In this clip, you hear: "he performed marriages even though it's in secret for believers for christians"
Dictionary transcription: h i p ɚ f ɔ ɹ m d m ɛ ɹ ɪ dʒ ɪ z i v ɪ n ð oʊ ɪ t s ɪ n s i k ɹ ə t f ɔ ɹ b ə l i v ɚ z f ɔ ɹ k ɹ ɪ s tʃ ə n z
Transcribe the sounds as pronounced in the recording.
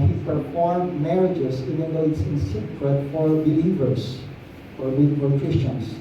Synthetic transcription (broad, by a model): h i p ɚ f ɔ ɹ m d m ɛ ɹ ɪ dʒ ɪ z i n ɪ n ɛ ɪ t s ɪ n s i k ɹ ə t f ɔ ɹ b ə l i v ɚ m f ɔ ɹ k ɹ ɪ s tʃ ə n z